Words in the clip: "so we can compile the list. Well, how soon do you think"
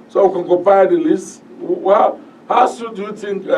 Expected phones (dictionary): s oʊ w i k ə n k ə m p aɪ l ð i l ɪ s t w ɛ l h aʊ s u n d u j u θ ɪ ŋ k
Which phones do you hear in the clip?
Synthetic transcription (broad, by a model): s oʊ w i k ə n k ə p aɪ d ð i l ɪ s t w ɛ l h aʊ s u d u j u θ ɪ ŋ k